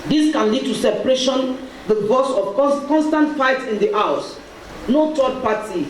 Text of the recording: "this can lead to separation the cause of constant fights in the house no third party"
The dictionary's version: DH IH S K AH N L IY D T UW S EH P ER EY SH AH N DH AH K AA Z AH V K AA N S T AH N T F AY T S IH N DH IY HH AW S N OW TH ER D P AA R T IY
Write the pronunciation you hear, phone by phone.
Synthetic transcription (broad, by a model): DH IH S K AH N L IY D T UW S EH P ER EY SH AH N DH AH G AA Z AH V K AA N S T AH N T F AY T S IH N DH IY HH AW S N OW T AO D P AA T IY